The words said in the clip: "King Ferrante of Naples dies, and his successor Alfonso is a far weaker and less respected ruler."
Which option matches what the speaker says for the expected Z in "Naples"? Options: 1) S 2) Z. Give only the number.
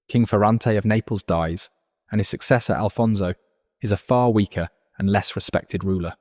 2